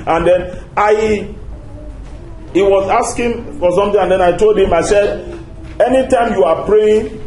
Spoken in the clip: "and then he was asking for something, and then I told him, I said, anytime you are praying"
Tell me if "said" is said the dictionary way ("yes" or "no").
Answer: yes